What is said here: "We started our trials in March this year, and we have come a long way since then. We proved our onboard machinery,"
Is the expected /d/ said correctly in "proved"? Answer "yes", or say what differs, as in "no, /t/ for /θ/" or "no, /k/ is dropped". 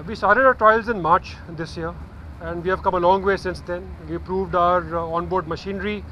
yes